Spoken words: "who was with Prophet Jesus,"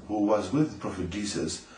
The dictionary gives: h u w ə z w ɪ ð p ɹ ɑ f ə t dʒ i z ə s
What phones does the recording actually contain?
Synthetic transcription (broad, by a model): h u w ə z w ɪ ð p ɹ ɑ f ə t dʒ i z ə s